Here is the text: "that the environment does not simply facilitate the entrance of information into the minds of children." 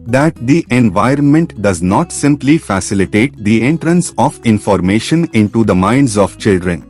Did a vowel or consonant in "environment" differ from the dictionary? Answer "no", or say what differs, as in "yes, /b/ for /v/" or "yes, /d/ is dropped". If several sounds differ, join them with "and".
no